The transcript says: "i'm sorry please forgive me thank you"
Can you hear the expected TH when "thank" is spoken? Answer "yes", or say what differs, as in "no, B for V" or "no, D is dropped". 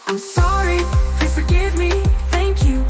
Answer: yes